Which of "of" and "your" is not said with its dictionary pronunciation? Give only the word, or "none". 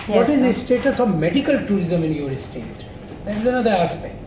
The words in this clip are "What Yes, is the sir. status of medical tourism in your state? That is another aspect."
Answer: none